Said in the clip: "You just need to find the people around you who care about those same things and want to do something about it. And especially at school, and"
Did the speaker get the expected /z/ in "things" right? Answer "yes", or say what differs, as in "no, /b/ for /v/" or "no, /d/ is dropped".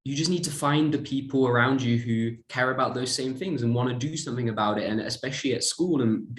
yes